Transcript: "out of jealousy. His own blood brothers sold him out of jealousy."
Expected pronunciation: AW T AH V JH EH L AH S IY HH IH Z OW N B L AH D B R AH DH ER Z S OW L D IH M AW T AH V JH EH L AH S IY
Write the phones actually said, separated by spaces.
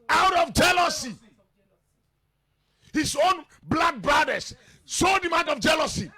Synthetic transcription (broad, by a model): AW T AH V JH EH L AH S IY HH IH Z OW N B L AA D B R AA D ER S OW D IH M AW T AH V JH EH L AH S IY